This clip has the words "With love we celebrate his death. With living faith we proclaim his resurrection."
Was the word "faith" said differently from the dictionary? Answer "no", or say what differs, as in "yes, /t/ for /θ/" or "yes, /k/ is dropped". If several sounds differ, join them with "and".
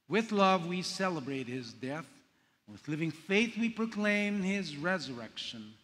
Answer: no